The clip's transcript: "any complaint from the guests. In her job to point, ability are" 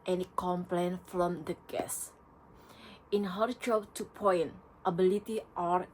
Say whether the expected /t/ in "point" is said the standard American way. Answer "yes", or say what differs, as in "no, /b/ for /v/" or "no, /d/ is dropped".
yes